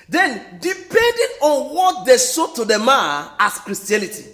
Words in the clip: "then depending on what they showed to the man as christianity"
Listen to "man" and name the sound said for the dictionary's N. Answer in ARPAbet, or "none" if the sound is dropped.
none